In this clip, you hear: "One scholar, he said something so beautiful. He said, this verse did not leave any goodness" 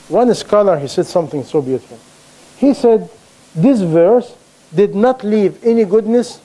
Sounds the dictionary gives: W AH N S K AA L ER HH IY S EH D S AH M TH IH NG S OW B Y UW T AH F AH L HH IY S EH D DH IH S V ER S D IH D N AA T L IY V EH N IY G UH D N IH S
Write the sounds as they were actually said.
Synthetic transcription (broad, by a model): W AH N S K AA L ER HH IY S EH D S AH M TH IH NG S OW B Y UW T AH F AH L HH IY S EH D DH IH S V ER S D IH D N AA T L IY V EH N IY G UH D N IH S